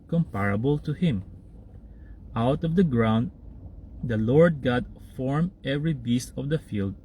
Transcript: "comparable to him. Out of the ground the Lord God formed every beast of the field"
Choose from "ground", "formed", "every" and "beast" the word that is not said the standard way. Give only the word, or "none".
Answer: formed